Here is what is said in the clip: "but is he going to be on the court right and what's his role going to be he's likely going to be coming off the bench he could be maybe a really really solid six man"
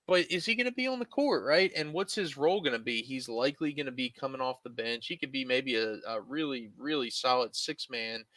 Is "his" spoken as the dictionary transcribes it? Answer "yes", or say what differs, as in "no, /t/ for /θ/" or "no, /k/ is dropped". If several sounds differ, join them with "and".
yes